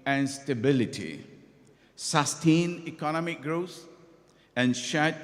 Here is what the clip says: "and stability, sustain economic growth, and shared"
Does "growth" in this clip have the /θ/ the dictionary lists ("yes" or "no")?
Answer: no